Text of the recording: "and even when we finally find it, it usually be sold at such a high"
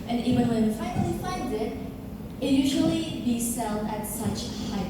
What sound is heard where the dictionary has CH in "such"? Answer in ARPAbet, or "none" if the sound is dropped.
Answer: CH